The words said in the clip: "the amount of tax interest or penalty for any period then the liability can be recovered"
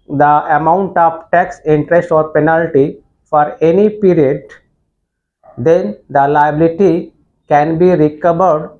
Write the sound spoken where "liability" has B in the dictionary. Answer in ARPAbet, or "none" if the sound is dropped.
B